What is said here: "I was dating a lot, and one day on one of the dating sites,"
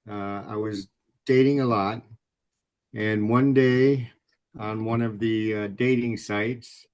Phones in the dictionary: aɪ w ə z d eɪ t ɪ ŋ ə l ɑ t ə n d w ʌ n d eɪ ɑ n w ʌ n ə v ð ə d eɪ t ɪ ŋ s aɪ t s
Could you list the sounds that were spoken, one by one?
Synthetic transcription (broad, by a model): aɪ w ə z d eɪ t ɪ ŋ ə l ɑ t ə n w ʌ n d eɪ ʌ n w ʌ n ə v ð ə d eɪ t ɪ ŋ s aɪ t s